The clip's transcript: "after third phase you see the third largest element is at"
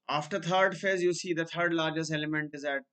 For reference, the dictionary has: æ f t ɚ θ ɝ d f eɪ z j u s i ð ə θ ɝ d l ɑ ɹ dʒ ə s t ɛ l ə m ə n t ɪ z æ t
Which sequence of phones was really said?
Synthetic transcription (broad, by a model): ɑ f t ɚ t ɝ d f eɪ z j u s i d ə t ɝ d l ɑ ɹ dʒ ə s t ɛ l ə m ə n t ɪ z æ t